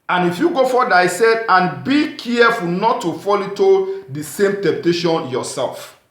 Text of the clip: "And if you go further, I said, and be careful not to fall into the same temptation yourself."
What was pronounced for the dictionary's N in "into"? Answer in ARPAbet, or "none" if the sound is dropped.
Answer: none